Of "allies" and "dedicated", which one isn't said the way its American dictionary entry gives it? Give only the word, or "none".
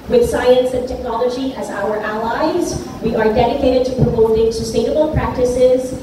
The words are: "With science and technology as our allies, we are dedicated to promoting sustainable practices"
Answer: none